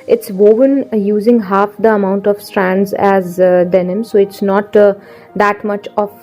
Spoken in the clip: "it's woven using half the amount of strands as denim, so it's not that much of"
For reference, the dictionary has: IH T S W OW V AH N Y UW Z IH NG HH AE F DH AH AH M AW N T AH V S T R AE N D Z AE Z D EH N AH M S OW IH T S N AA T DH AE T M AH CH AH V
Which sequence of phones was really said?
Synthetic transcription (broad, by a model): IH T S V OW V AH N Y UW Z IH NG HH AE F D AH AH M AW N T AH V S T R AE N D Z AE Z D EH N AH M S OW IH T S N AA T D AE T M AH CH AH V